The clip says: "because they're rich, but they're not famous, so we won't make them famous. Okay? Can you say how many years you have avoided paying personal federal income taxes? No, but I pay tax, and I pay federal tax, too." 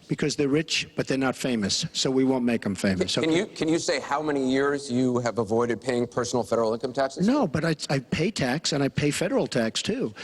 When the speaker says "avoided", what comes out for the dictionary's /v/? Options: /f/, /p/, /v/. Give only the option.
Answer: /v/